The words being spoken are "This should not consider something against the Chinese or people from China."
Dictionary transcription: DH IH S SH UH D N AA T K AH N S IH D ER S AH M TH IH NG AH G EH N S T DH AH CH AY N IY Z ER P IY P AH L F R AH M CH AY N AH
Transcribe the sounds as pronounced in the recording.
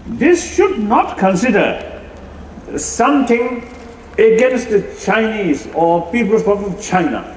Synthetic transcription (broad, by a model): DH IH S SH UH D N AA T K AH N S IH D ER S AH M T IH NG AH G EH N S T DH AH CH AY N IY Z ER P IY P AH L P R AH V CH AY N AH